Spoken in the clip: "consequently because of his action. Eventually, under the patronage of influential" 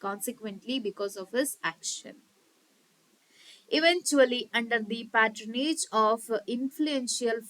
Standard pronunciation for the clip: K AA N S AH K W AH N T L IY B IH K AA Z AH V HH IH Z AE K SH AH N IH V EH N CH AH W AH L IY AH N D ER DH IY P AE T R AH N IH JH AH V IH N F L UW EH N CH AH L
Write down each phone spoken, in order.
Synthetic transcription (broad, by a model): K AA N S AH K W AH N T L IY B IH K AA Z AH V HH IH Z AE K SH AH N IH V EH N CH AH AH L IY AH N D ER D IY P AE T R AH N IH JH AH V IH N F L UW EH N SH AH L